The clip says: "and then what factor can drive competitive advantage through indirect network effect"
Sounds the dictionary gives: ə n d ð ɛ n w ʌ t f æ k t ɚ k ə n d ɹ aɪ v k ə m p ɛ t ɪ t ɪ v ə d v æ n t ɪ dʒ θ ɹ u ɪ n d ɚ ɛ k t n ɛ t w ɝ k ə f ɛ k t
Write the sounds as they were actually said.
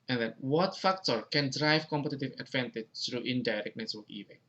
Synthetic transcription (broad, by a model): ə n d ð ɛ n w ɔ t f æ k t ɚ k ə n d ɹ aɪ v k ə m p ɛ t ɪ t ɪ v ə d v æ n t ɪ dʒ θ ɹ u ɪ n d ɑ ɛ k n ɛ s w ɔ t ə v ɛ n